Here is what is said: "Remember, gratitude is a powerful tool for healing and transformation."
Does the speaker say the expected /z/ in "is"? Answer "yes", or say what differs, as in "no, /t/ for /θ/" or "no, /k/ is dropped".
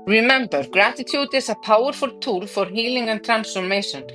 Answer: no, /s/ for /z/